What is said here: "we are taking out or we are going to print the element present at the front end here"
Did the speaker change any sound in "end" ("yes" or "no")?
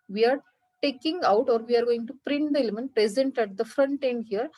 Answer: no